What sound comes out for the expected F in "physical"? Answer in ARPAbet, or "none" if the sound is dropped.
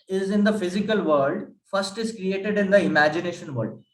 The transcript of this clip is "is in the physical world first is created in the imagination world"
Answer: F